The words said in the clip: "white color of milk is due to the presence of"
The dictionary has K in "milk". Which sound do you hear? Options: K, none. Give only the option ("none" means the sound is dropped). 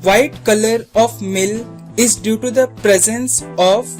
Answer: none